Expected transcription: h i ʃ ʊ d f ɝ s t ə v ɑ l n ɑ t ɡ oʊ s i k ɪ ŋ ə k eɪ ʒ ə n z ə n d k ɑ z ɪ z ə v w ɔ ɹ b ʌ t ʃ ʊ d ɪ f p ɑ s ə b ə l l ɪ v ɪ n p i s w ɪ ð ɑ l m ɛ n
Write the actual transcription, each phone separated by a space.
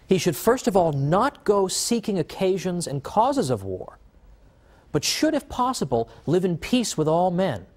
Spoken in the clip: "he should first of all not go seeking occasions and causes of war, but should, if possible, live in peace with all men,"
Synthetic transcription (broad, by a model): h i ʃ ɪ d f ɝ s t ə v ɑ l n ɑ t ɡ oʊ s i k ɪ ŋ ə k eɪ ʒ ə n z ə n k ɑ z ɪ z ə v w ɔ ɹ b ʌ t ʃ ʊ d ɪ f p ɑ s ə b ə l l ɪ v ɪ n p i s w ɪ ð ɑ l m ɛ n